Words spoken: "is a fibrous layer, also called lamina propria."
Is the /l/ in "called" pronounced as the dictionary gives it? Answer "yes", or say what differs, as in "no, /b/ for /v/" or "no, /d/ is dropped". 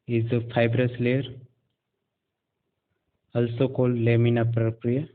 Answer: yes